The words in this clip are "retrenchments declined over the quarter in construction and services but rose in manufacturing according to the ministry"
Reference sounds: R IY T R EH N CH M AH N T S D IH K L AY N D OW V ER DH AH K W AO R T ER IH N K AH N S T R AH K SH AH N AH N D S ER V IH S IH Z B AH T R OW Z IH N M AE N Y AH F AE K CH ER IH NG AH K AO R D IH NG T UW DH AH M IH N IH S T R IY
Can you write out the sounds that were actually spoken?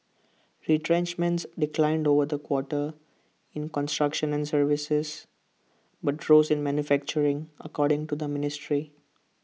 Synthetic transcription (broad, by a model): R IY T R EH N CH M AH N T S D IH K L AY N D OW V ER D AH K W AO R T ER IH N K AH N S T R AH K SH AH N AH N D S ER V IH S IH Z B AH T R OW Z IH N M AE N Y AH F AE K CH ER IH NG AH K AO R D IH NG T UW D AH M IH N IH S T R IY